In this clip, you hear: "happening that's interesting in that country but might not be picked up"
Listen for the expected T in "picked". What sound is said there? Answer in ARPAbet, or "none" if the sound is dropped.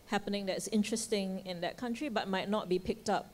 T